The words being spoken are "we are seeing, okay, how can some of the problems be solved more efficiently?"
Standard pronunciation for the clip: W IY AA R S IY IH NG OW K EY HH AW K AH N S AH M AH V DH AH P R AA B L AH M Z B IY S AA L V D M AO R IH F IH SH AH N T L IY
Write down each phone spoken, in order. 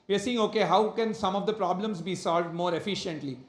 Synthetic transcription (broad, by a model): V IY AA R S IY IH NG OW K EY HH AW K AH N S AH M AH V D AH P R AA B L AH M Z B IY S AA L V D M AO R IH F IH SH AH N T L IY